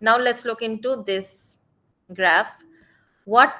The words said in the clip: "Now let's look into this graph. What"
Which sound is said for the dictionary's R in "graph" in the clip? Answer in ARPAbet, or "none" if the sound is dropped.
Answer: R